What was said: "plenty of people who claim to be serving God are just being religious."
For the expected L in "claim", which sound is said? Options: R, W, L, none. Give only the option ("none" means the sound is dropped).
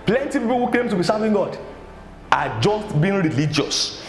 none